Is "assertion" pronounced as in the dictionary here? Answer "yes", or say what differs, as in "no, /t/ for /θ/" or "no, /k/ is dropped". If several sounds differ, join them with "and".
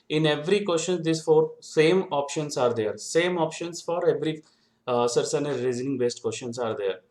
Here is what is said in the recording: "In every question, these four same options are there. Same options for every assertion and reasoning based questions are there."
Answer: no, /s/ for /ʃ/